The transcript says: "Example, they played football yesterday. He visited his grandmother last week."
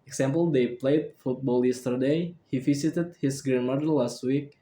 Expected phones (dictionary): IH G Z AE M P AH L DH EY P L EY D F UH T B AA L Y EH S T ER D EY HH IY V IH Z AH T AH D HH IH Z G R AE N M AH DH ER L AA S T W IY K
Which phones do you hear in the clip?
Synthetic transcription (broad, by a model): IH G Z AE M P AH L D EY P L EY D F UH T B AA L Y EH S T ER D EY HH IY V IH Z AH T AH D HH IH S G R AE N M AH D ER L AA S T W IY K